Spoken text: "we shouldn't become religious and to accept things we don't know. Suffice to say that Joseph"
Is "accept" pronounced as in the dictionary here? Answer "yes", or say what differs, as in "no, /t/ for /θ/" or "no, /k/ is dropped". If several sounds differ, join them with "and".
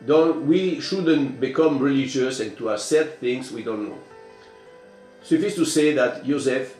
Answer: no, /k/ is dropped and /p/ is dropped